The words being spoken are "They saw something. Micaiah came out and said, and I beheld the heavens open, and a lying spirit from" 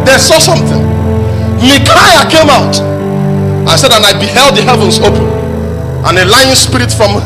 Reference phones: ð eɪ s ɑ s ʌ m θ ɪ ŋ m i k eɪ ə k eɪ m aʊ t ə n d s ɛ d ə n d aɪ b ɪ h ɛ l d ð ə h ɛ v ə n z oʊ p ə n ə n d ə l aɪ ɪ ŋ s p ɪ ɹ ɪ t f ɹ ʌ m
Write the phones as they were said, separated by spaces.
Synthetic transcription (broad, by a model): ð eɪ s ɑ s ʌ m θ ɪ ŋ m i k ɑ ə k eɪ m aʊ t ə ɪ s ɛ d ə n aɪ b ɪ h ɛ l d ð ə h ɛ v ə n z oʊ p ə n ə n ə l aɪ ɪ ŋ s p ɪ ɹ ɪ t f ɹ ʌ m